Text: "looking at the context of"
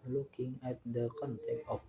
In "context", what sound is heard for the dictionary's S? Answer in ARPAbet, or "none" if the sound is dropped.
none